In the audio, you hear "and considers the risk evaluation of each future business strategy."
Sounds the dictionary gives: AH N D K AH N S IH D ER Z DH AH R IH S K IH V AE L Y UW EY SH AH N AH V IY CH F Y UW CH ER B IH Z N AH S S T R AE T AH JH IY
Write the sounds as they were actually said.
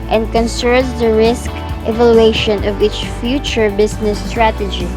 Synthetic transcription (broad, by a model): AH N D K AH N S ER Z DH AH R IH S K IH V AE L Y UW EY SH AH N AH V IY CH F Y UW CH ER B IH S N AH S S T R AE T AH JH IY